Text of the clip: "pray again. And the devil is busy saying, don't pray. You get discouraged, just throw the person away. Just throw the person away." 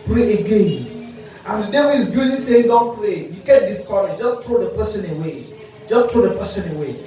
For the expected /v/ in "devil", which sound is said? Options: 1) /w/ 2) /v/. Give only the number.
1